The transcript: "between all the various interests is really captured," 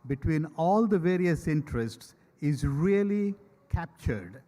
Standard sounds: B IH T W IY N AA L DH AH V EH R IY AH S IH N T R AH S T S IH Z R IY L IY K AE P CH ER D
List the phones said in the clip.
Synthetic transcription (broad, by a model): B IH T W IY N AA L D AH V EH R IY AH S IH N T R AH S T S IH Z R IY L IY K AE P CH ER D